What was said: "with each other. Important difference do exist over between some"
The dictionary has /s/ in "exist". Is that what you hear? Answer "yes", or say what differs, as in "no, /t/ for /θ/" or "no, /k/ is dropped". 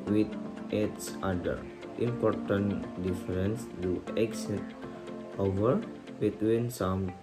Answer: no, /s/ is dropped